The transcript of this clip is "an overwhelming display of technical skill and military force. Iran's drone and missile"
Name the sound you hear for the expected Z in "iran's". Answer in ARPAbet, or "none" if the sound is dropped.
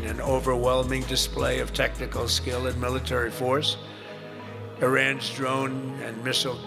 Z